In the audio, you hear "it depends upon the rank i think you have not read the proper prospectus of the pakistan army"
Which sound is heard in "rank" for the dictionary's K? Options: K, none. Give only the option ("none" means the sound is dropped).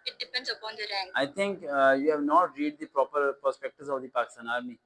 none